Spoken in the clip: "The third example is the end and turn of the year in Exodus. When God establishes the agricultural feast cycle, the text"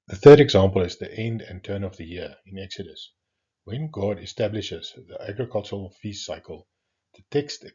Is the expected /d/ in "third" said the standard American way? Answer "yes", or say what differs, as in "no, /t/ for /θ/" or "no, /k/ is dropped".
yes